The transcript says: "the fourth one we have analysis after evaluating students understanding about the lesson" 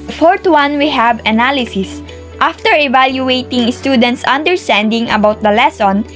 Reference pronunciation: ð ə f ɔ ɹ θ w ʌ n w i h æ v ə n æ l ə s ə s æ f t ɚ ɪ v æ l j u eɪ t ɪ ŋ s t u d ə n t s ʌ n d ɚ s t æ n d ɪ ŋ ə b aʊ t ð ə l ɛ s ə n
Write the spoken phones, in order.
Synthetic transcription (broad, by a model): f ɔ ɹ t w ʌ n w i h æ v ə n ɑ l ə s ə s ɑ f t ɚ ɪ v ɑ l j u eɪ t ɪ ŋ s t u d ə n t s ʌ n d ɚ s t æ n d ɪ ŋ ə b aʊ t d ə l ɛ s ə n